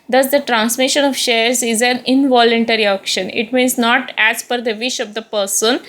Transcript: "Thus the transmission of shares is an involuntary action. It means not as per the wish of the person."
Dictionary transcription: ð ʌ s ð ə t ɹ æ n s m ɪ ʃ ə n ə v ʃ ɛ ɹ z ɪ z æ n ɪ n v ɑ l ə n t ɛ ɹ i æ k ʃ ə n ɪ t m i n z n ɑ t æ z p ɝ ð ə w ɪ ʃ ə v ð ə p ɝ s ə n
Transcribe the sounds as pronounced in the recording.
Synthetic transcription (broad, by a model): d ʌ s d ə t ɹ æ n s m ɪ ʃ ə n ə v ʃ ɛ ɹ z ɪ z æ n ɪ n v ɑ l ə n t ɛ ɹ i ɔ k ʃ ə n ɪ t m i n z n ɑ t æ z f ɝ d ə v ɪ ʃ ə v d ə p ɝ s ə n